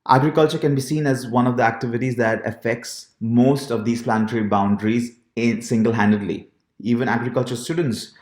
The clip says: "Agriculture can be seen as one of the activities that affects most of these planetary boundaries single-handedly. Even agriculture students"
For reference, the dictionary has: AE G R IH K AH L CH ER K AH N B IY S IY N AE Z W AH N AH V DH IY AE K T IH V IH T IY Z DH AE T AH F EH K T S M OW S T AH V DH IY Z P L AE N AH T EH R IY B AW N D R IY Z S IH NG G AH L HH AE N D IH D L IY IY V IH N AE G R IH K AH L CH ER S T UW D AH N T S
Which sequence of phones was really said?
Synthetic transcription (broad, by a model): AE G R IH K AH L CH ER K AH N B IY S IY N AE Z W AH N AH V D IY AE K T IH V IH T IY Z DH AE T AH F EH K T S M OW S T AH V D IY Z P L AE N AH T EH R IY B AW N D R IY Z S IH NG G AH L HH AE N D IH D L IY IY V IH N AE G R IH K AH L CH ER S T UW D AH N T S